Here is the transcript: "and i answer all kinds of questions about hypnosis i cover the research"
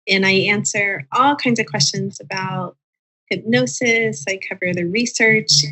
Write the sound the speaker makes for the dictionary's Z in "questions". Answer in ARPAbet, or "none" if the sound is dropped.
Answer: Z